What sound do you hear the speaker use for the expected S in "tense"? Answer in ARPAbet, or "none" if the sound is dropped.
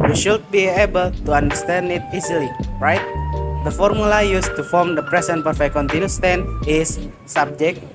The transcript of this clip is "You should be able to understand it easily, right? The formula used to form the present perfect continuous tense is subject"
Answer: none